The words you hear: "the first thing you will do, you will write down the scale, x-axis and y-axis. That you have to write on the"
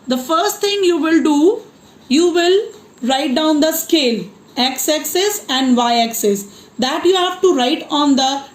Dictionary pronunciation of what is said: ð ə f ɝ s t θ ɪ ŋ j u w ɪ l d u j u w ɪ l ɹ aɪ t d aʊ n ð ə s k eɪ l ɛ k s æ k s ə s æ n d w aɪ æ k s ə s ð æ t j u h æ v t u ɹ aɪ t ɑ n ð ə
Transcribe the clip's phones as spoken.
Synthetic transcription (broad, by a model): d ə f ɝ s t t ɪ ŋ j u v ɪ l d u j u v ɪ l ɹ aɪ t d aʊ n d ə s k eɪ l ɛ k s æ k s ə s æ n d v aɪ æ k s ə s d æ t j u h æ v t u ɹ aɪ t ɑ n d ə